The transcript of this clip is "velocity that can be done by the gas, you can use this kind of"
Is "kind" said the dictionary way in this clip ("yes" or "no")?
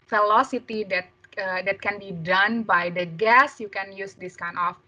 no